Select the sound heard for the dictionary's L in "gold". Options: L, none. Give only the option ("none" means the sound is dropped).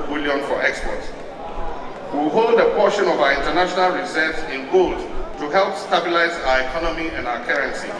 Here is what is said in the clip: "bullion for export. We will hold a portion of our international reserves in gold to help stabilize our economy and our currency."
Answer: L